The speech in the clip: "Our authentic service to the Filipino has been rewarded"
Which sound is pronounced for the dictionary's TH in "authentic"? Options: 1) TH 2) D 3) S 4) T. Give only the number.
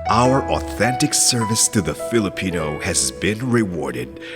1